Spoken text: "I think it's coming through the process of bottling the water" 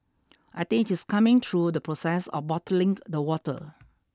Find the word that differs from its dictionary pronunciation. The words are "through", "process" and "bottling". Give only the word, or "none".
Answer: through